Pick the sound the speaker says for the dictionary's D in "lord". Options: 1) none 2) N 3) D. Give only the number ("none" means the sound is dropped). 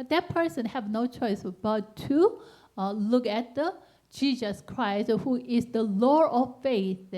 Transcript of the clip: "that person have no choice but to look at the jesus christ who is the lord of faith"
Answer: 1